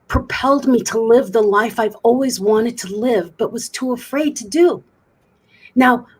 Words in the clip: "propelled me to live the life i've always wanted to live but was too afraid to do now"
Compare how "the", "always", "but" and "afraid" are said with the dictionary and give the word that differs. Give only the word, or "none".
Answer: none